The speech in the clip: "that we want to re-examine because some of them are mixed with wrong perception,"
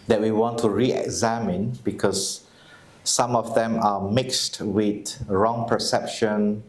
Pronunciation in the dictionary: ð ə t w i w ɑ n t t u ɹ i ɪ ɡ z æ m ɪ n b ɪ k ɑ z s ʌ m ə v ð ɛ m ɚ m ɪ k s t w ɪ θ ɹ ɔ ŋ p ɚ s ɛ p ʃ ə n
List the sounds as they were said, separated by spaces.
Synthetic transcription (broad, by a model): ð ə t w i w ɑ n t t u ɹ i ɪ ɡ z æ m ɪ n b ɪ k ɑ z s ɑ m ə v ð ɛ m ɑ m ɪ k s t w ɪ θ ɹ ɔ ŋ p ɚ s ɛ p ʃ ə n